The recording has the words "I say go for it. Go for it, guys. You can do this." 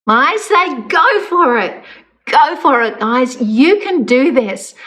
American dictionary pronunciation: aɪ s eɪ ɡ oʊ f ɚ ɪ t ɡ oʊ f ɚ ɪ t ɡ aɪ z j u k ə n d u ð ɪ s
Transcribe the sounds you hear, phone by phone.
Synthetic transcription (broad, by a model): aɪ s eɪ ɡ oʊ f ɚ ɪ t ɡ oʊ f ɚ ɪ t ɡ aɪ z j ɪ k ə n d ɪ ð ɪ s